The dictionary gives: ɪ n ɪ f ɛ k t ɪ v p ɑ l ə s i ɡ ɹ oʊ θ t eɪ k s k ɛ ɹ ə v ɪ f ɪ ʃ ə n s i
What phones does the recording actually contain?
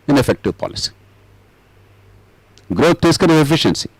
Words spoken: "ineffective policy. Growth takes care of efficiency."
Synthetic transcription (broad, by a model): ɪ n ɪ f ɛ k t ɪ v p ɑ l ə s i ɡ ɹ oʊ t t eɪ s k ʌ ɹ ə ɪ f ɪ ʃ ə n s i